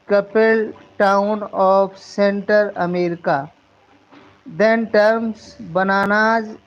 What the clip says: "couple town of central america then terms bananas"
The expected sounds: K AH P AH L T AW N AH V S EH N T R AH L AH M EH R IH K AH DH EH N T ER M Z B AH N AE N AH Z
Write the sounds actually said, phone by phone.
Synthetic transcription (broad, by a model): K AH P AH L T AW N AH F S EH N T AH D AH M EH R IH K AH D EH N T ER M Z B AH N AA N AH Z